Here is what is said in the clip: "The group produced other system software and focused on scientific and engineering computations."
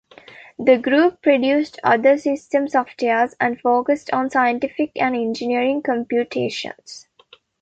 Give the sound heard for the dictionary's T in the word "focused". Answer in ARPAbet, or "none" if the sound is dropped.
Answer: T